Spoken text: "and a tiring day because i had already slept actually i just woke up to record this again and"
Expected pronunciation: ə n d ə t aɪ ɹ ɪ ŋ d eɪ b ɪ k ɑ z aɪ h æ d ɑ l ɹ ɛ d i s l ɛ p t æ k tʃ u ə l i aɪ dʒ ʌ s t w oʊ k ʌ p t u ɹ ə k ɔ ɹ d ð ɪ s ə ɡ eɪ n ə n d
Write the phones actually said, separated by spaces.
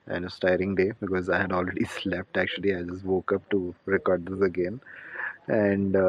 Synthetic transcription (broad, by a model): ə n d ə t aɪ ɹ ɪ ŋ d eɪ b ɪ k ɑ z aɪ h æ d ɑ l ɹ ɛ d i s l ɛ p t æ k tʃ u ə l i aɪ dʒ ʌ s t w oʊ k ʌ p t u ɹ ə k ɔ ɹ d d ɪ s ə ɡ eɪ n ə n d